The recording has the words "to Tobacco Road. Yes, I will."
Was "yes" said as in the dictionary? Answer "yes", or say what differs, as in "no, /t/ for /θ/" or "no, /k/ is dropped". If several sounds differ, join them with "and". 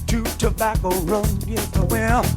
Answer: no, /s/ is dropped